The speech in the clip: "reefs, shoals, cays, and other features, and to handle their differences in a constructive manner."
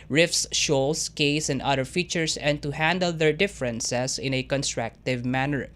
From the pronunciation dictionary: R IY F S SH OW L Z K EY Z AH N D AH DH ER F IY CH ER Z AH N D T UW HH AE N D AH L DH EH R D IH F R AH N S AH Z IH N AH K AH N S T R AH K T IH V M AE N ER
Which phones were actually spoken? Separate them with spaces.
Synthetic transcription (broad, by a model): R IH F S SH OW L S K EY S AH N D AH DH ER F IY CH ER S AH N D T UW HH AE N D AH L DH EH R D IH F R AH N S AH S IH N AH K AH N S T R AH K T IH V M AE N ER